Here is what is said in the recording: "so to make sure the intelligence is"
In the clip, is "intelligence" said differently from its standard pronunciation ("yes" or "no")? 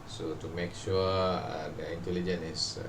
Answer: yes